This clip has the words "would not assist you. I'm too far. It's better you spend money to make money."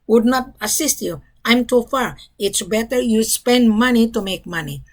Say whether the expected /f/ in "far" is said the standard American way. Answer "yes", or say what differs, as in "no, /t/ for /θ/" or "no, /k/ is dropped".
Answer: yes